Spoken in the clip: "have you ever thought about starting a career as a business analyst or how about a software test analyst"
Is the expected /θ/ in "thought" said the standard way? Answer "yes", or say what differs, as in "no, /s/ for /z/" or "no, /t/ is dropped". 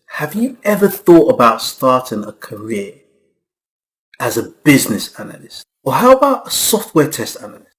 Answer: yes